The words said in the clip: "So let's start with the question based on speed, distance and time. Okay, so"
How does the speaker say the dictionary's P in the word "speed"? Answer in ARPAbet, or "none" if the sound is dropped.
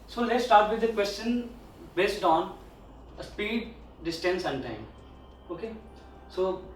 P